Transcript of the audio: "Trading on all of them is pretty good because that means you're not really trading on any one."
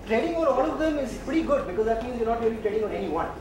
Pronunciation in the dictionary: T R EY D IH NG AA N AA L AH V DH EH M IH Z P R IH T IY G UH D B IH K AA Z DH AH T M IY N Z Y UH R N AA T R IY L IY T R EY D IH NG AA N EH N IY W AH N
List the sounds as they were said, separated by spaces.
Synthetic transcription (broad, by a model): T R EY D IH NG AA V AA N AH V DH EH M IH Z P R IH T IY G UH D B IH K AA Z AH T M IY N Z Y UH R N AA T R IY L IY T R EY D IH NG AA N EH N IY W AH N